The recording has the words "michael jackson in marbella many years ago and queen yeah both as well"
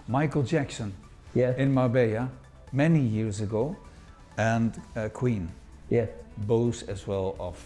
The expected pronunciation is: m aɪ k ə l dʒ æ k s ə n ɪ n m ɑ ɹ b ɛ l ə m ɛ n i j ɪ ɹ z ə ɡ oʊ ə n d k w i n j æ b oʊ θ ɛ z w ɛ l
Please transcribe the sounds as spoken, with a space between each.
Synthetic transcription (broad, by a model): m aɪ k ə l dʒ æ k s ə n ɪ n m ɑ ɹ b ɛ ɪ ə m ɛ n i j ɪ ɹ z ə ɡ oʊ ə n k w i n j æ b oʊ s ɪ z w ɛ l